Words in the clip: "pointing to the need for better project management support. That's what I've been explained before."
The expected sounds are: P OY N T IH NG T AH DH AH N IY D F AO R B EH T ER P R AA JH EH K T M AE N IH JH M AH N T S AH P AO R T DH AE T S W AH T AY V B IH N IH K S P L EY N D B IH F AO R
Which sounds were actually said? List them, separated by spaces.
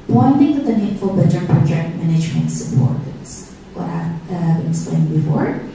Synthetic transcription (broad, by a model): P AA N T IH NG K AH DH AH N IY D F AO L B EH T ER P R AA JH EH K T M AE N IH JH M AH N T S AH P AO R T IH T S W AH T AY V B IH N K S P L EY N B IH F AO R